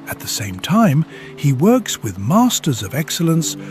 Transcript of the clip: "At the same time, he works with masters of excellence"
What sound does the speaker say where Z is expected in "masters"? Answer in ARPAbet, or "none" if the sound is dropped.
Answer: Z